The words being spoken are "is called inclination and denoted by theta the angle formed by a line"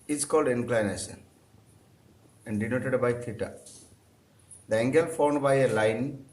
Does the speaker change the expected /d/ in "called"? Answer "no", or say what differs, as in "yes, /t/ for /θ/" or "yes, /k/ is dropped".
no